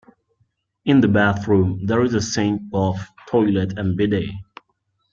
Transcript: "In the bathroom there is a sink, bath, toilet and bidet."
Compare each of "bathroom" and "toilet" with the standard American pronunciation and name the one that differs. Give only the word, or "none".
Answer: none